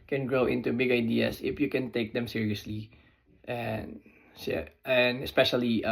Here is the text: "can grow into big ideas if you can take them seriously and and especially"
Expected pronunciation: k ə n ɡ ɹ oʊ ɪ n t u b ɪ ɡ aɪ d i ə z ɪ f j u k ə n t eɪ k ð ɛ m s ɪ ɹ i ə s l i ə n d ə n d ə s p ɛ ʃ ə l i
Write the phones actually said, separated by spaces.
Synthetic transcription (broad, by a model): k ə n ɡ ɹ oʊ ɪ n t u b ɪ ɡ aɪ d i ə s ɪ f j u k ə n t eɪ k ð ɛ m s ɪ ɹ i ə s l i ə n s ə n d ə s p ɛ ʃ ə l i